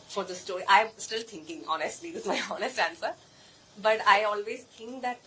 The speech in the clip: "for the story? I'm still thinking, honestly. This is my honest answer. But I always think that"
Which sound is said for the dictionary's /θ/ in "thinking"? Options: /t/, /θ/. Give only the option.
/t/